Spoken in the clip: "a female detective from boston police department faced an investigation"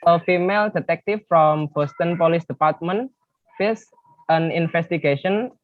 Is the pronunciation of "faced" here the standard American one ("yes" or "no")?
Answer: no